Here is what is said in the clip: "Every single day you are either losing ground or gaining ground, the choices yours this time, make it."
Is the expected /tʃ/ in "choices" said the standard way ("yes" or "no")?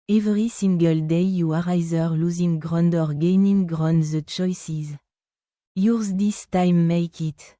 yes